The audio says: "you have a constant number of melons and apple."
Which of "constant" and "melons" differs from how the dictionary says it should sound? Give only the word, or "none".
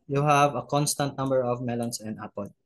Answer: melons